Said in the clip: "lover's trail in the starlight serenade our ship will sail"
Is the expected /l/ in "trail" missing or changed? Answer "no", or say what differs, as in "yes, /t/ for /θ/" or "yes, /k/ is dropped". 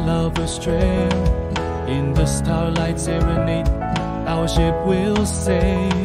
yes, /n/ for /l/